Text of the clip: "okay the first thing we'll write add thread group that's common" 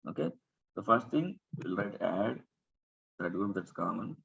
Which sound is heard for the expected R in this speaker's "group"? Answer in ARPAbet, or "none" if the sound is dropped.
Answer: none